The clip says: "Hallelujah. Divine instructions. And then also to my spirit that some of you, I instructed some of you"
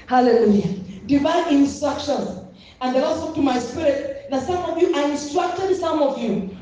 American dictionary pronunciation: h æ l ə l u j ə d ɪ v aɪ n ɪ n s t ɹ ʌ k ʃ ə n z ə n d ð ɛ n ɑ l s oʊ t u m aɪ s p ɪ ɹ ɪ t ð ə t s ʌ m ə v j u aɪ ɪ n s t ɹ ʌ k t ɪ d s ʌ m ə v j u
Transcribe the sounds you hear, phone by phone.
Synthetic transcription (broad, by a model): h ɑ l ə l u j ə d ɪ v aɪ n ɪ n s t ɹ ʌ k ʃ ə n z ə n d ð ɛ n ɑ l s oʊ t u m aɪ s p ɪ ɹ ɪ t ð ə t s ʌ m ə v j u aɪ ɪ n s t ɹ ʌ k t ɪ d s ʌ m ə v j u